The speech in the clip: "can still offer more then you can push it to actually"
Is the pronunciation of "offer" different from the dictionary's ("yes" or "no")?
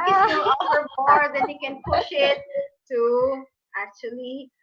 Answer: yes